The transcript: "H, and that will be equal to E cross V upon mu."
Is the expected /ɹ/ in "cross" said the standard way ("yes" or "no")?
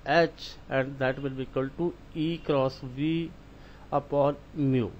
yes